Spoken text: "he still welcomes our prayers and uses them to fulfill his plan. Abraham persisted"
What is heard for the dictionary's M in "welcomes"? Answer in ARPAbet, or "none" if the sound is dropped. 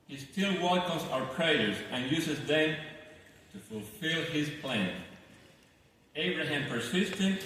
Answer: none